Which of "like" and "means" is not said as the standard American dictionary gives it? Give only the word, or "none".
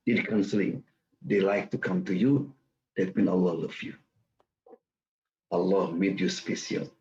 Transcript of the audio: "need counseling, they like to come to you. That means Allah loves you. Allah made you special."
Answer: means